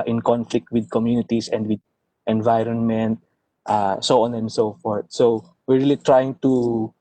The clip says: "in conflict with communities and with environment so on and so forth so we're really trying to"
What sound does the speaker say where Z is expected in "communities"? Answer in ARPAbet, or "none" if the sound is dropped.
S